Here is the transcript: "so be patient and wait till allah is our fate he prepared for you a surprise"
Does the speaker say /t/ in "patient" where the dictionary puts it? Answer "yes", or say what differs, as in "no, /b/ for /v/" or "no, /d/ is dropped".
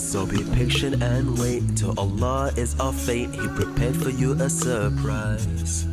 no, /t/ is dropped